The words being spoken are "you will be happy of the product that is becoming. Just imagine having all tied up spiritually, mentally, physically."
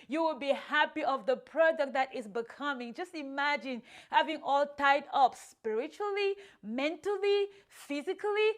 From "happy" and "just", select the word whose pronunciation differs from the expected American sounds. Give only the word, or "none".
none